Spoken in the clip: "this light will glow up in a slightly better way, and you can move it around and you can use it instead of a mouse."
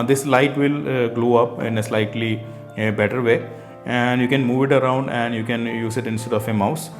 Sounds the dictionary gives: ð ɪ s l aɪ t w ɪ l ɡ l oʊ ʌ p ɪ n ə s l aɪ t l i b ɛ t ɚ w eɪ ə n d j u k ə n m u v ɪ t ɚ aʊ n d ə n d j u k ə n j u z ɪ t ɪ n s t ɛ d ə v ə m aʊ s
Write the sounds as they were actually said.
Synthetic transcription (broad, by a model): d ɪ s l aɪ t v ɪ l ɡ l oʊ ʌ p ɪ n ə s l aɪ t l i b ɛ t ɚ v eɪ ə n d j u k ə n m u v ɪ t ɚ aʊ n d ə n d j u k ə n j u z ɪ t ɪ n s t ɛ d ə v ə m aʊ s